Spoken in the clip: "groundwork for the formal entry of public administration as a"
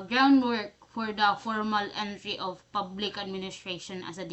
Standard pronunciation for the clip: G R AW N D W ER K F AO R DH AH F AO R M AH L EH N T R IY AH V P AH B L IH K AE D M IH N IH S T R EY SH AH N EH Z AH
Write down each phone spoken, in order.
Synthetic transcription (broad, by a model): G R AW N D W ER K F AO R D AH F AO R M AH L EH N T R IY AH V P AH B L IH K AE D M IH N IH S T R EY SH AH N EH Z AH